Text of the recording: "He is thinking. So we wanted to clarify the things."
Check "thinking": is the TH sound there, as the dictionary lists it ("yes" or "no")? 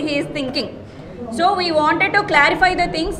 no